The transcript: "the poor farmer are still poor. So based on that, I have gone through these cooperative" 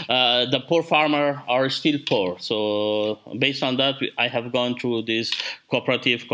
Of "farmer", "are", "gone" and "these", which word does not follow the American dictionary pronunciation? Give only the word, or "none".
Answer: these